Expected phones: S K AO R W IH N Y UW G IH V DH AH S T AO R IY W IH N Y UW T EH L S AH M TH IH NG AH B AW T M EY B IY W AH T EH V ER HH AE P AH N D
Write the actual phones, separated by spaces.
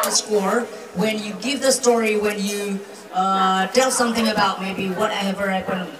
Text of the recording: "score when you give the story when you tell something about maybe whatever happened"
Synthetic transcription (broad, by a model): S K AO R W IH N Y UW G IH V DH AH S T AO R IY W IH N Y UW T EH L S AH M TH IH NG AH B AW T M EY B IY W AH T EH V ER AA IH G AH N